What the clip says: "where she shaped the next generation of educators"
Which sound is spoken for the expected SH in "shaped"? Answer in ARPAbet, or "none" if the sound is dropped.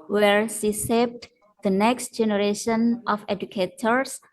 S